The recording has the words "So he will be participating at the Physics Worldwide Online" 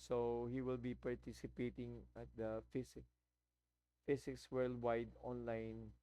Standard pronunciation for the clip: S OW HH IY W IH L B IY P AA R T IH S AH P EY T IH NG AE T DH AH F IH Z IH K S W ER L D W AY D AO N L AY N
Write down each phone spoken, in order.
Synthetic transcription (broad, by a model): S OW HH IY W IH L B IY P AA R T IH S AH P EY T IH NG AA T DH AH F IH S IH K S W ER L D W AY D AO N L AY N